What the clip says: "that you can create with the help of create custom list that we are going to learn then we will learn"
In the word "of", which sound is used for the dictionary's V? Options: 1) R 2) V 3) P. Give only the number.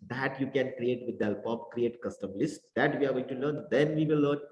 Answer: 3